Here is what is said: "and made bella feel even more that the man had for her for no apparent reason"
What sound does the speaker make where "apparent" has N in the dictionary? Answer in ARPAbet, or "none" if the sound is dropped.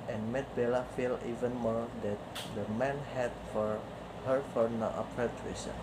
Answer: none